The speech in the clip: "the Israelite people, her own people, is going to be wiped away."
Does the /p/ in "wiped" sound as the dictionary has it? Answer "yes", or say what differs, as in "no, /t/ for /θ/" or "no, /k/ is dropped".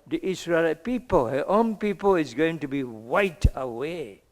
no, /p/ is dropped